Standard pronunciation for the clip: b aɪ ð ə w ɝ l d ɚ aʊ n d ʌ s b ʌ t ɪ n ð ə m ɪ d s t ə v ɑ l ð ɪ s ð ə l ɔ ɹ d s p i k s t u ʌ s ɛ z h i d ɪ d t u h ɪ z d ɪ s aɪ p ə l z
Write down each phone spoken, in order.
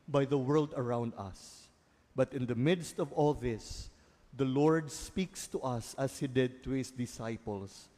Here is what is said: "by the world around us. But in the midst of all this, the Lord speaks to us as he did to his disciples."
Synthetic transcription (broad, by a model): b aɪ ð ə w ɝ l d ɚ aʊ n d ʌ s b ʌ t ɪ n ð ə m ɪ d s t ə v ɑ l ð ɪ s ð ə l ɔ ɹ d s p i k s t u ʌ s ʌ s h i d ɪ d t u h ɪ s d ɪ s aɪ p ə l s